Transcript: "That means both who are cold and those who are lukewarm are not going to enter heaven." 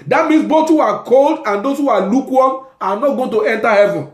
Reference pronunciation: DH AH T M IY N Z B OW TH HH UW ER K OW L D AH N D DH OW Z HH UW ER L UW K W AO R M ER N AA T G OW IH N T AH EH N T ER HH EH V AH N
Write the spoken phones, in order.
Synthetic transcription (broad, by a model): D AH T M IY N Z B OW T HH UW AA K OW L D AH N D OW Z HH UW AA L UW K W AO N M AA N AA T G OW IH N T AH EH N T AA HH EH V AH N